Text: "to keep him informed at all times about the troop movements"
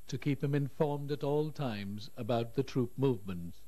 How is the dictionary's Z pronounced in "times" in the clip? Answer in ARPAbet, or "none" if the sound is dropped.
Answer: Z